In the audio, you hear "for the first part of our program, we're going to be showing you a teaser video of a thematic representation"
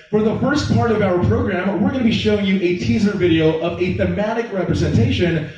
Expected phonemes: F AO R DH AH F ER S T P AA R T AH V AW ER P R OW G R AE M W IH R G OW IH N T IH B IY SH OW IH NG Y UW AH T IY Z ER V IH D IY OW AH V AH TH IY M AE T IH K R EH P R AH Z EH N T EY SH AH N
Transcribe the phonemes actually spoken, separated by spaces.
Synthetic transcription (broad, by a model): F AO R DH AH F ER S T P AA R T AH V AW ER P R OW G R AE M W IH R G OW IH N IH B IY SH OW IH NG Y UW AH T IY Z ER V IH D IY OW AH V AH TH IY M AE T IH K R EH P R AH Z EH N T EY SH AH N